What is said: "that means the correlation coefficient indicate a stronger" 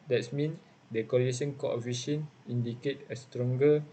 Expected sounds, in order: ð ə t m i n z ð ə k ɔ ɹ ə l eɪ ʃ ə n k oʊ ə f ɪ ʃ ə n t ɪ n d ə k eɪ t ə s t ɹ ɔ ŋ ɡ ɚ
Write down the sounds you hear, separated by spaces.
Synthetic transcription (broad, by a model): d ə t m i n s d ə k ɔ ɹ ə eɪ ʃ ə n k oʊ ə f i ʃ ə n i n d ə k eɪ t ə s t ɹ ɔ ŋ ɡ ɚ